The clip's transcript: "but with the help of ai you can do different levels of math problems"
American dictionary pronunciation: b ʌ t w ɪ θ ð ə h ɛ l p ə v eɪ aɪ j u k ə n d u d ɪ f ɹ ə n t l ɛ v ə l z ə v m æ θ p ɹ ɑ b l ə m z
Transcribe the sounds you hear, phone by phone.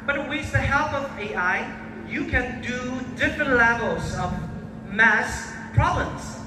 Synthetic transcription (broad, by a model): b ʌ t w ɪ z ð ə h ɛ l p ə v eɪ aɪ j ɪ k ə n d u d ɪ f ɹ ə n t l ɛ v l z ə v m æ s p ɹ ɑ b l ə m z